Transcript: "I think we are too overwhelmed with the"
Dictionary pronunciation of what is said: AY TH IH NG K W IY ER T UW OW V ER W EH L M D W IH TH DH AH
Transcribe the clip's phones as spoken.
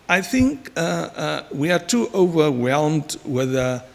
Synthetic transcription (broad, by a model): AY TH IH NG K W IY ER T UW OW V ER W EH L M D W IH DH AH